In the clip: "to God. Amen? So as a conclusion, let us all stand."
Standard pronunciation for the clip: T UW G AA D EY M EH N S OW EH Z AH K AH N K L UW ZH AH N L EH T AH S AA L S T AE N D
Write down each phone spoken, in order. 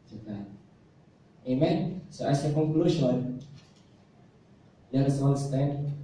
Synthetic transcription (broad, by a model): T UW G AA EY M EH N S OW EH S AH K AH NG K L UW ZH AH N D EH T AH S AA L S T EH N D